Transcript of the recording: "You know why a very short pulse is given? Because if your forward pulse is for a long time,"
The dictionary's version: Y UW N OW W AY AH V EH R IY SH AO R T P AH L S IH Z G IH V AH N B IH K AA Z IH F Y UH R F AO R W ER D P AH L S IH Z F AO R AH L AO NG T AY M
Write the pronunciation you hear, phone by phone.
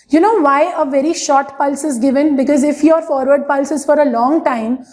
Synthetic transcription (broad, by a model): Y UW N OW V AY AH V EH R IY SH AO R T P AH L S IH Z G IH V AH N B IH K AA Z IH F Y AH R F AO R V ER D P AH L S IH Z F AO R AH L AO NG T AY M